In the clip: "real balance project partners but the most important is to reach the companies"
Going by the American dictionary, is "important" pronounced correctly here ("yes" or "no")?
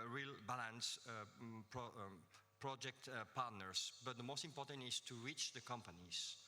yes